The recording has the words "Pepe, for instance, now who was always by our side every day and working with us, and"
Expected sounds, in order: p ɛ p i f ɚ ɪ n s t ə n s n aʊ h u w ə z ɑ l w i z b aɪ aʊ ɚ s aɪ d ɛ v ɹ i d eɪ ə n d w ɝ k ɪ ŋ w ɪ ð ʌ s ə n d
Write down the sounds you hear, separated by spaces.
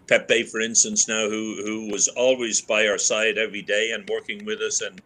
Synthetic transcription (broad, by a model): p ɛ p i f ɚ ɪ n s t ə n s n aʊ h u w ə z ɑ l w i z b aɪ aʊ ɚ s aɪ d ɛ v ɹ i d eɪ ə n w ɝ k ɪ ŋ w ɪ ð ʌ s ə n